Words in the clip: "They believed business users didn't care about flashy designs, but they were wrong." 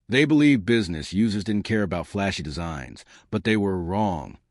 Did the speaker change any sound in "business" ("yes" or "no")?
no